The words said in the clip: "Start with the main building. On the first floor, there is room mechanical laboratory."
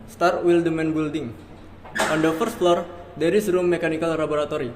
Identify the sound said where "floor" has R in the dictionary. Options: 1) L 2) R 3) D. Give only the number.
2